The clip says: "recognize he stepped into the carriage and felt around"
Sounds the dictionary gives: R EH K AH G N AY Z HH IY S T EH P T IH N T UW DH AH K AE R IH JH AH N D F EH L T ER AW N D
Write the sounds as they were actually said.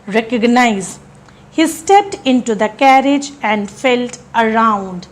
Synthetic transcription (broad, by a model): R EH K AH G N AY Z HH IY S T EH P T IH N T UW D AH K AE R IH JH AH N D F EH L T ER AW N D